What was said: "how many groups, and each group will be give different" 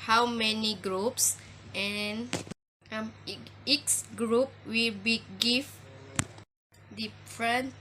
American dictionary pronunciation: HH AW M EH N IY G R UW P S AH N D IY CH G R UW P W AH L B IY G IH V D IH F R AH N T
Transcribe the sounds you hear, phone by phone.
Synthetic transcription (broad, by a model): HH AW M EH N IY G R UW P S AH N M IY S G R UW P W AH L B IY G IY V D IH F R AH N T